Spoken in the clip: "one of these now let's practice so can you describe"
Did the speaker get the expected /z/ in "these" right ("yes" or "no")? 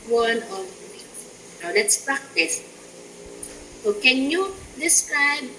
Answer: no